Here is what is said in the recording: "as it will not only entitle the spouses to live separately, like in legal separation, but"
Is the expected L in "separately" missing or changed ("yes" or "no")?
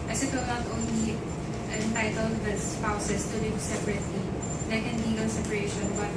no